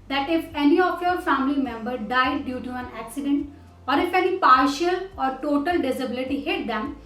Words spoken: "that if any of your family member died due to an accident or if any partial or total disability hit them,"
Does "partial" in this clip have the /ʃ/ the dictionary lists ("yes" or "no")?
yes